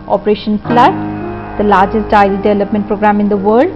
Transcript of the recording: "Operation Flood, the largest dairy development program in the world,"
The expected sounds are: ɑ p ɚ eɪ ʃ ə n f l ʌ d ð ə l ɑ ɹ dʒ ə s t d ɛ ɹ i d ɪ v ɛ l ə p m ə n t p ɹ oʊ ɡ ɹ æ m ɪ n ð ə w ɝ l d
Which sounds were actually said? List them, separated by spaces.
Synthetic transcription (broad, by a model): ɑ p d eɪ ʃ ə n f l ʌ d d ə l ɑ ɹ dʒ ə s t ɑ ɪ l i d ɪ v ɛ l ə p m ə n t p ɹ oʊ ɡ ɹ æ m ɪ n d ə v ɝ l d